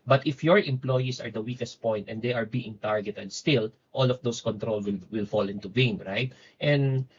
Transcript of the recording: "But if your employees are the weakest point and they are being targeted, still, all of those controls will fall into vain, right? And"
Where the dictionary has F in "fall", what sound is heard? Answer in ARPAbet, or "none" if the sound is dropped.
F